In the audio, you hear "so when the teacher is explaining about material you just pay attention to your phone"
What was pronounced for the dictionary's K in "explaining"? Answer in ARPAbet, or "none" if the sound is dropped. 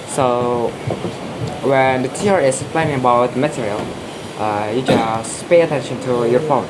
none